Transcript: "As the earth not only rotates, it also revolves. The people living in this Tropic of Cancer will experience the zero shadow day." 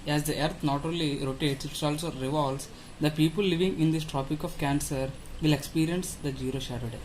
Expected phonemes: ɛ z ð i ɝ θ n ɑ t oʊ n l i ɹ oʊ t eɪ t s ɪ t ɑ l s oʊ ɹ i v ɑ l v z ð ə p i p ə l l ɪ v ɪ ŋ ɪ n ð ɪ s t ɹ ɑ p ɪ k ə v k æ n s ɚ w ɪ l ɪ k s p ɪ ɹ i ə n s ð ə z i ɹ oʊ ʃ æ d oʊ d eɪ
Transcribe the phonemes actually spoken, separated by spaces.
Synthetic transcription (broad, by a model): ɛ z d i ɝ t n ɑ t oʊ l i ɹ oʊ t eɪ t s ɪ t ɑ l s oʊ ɹ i v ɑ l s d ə p i p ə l l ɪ v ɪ ŋ ɪ n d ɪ s t ɹ ɑ p ɪ k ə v k æ n s ɚ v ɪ l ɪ k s p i ɹ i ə n s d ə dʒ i ɹ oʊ ʃ æ d oʊ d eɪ